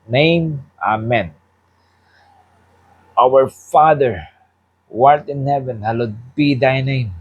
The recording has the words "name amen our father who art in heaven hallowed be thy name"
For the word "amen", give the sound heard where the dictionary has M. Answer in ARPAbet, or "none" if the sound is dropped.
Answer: M